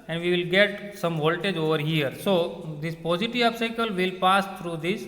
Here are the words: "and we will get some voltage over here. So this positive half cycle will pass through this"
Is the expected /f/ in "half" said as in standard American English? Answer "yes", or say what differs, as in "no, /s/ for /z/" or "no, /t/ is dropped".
no, /p/ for /f/